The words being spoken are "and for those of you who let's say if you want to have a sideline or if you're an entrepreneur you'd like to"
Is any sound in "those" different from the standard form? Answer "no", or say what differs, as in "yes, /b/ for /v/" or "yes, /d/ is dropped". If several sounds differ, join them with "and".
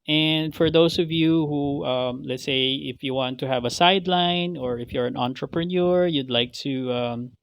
yes, /s/ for /z/